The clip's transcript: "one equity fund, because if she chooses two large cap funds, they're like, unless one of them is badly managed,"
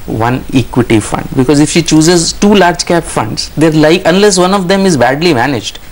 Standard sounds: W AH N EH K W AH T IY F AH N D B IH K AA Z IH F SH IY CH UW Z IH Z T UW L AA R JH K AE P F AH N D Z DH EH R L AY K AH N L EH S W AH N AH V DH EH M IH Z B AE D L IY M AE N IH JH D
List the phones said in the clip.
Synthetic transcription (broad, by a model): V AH N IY K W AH T IY F AH N D B IH K AA Z IH F SH IY CH UW Z IH Z T UW L AA R JH K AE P F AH N D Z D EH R L AY K AH N L EH S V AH N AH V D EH M IH Z B AE D L IY M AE N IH JH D